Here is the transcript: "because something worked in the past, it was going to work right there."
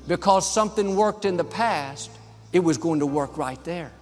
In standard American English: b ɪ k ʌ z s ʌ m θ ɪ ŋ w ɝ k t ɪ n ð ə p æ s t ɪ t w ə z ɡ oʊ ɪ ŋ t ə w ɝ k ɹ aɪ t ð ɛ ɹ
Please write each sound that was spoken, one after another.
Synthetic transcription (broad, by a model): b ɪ k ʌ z s ʌ m θ ɪ ŋ w ɝ k t ɪ n ð ə p æ s t ɪ t w ə z ɡ oʊ ɪ ŋ t ə w ɝ k ɹ aɪ t ð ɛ ɹ